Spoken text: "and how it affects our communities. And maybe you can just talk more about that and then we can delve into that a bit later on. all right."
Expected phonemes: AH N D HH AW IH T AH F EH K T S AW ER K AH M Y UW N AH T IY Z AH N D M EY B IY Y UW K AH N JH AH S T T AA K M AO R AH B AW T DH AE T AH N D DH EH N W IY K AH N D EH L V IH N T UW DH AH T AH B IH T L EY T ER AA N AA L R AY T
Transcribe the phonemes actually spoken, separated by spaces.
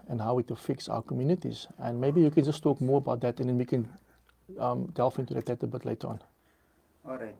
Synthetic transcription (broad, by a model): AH N HH AW IH T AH F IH K S AW ER K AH M Y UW N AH T IY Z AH N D M EY B IY Y UW K AH N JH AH S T T AA K M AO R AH B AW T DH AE T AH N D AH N W IY K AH N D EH L F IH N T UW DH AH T AH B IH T L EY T AA N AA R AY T